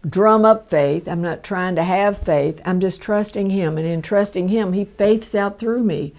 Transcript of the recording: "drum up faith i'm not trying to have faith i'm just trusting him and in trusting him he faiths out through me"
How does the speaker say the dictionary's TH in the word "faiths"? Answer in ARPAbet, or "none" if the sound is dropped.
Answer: TH